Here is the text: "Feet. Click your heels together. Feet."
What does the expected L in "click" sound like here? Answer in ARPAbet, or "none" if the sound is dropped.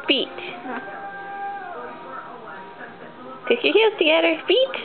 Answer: none